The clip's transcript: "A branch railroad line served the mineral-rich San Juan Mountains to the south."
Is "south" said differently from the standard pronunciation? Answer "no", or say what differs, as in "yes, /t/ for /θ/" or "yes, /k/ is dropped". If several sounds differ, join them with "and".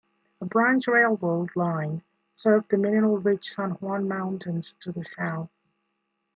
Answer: no